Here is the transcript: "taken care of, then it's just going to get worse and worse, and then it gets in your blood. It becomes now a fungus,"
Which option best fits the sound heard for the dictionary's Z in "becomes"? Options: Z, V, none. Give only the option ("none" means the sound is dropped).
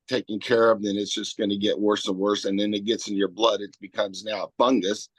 Z